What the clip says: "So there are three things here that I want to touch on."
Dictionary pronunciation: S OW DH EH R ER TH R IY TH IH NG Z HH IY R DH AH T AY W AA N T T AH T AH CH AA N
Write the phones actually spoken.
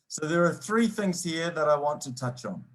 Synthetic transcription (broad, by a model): S OW DH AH R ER TH R IY TH IH NG Z HH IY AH DH AH T AY W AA N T T AH T AH CH N